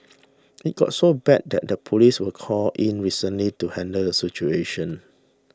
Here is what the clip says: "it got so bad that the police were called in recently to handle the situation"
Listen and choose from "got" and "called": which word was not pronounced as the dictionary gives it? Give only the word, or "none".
called